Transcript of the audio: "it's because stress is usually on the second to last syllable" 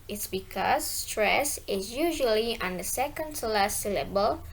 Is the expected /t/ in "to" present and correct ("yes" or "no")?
no